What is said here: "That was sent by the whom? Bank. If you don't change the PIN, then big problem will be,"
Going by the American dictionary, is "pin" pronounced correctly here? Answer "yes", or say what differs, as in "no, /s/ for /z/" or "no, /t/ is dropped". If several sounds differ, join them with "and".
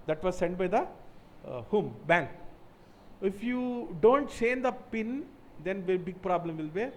yes